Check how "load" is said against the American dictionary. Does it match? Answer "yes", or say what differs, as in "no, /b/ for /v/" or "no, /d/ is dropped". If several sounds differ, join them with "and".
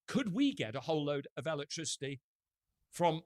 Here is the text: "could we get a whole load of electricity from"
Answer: yes